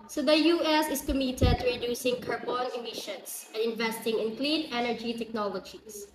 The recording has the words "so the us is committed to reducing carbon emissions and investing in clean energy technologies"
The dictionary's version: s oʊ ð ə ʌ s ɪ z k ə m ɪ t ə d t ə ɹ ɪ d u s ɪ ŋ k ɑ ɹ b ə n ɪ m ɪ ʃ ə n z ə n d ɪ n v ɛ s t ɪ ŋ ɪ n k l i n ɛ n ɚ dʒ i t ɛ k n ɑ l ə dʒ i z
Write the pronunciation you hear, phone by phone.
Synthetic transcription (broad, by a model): s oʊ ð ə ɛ s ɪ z k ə m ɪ t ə d t ə ɹ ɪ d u s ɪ ŋ k ɑ ɹ b ə n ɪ m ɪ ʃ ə n s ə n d ɪ n v ɛ s t ɪ ŋ ɪ n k l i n ɛ n ɚ dʒ i t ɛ k n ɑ l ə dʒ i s